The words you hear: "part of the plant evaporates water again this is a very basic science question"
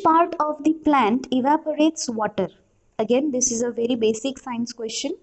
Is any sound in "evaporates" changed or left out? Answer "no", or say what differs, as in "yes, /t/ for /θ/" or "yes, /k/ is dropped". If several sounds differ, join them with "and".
no